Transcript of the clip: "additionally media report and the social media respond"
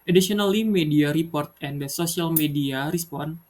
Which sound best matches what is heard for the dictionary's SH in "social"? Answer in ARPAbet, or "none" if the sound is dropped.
S